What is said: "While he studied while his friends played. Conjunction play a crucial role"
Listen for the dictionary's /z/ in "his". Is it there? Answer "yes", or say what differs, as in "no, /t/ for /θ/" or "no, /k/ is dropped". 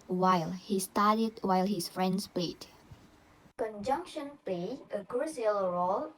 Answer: no, /s/ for /z/